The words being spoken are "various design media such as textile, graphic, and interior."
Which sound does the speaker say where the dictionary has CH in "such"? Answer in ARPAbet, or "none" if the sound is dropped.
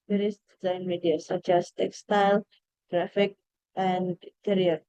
CH